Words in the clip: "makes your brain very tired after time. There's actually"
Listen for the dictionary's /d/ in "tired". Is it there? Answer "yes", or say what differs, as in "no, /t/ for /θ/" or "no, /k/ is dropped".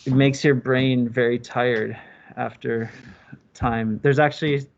yes